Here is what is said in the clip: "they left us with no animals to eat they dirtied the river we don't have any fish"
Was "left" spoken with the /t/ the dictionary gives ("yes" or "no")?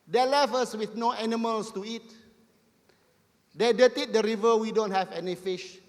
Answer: no